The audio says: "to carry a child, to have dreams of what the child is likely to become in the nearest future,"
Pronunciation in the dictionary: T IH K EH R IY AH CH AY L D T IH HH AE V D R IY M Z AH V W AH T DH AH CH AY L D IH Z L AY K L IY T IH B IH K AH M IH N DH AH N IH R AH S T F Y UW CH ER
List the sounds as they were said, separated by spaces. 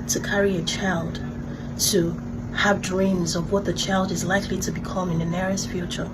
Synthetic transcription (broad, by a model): T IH K EH R IY AH CH AY L D T IH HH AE V D R IY M Z AH V W AH T DH AH CH AY L D IH Z L AY K L IY T IH B IH K AH M IH N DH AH N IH R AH S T F Y UW CH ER